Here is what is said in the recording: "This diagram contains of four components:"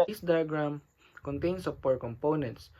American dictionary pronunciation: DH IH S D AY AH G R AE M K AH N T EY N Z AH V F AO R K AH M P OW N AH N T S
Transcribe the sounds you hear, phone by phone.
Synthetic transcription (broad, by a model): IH S D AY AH G R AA M K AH N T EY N S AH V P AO R K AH M P OW N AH N T S